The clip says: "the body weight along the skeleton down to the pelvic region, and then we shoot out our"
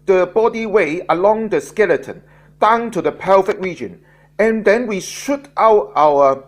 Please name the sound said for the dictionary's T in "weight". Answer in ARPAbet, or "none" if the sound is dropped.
none